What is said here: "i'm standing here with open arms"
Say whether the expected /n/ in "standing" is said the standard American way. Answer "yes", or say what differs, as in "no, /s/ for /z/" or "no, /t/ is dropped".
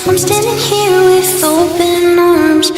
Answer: no, /n/ is dropped